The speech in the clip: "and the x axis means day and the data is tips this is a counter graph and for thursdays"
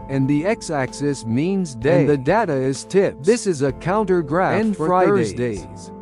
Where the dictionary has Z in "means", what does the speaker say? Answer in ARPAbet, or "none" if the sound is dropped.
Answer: Z